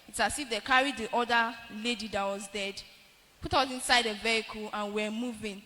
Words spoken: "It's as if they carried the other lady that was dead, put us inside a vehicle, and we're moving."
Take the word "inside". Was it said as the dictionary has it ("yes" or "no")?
yes